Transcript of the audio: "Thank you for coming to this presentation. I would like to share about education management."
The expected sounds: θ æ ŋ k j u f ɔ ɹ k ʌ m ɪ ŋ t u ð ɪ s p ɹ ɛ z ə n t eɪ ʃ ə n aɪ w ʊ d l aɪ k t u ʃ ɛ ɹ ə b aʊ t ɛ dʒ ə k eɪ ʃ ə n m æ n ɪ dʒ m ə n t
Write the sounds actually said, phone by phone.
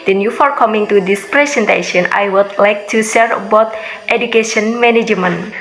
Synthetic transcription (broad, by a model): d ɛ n j u f ɔ ɹ k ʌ m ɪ ŋ t u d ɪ s p ɹ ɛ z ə n t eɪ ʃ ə n aɪ w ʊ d l aɪ k t u s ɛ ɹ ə b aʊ t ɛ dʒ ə k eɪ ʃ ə n m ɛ n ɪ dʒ m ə n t